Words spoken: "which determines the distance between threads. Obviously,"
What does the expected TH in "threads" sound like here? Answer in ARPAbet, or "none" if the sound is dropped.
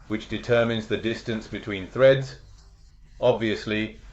TH